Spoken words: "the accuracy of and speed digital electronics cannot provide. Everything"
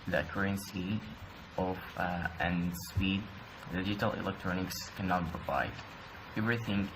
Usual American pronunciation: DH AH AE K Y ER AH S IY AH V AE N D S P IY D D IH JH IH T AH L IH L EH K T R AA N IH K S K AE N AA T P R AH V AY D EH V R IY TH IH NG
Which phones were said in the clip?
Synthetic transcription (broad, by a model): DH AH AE K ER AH S IY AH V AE N S P IY D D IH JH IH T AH L IH L EH K T R AA N IH K S K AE N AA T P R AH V AY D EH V R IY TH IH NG